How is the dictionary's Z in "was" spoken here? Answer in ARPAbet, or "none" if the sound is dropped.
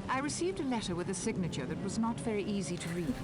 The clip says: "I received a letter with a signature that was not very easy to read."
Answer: Z